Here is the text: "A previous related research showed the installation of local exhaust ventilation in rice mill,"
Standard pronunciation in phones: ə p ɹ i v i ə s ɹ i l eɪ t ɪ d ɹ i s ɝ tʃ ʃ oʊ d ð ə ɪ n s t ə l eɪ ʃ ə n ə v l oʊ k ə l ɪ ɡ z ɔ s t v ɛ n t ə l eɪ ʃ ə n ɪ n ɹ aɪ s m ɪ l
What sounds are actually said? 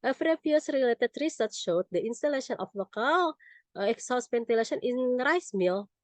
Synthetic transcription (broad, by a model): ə f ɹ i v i s ɹ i l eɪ t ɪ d ɹ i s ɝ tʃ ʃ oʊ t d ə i n s t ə l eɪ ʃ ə n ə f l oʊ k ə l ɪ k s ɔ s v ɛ n t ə l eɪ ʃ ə n ɪ n ɹ aɪ s m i l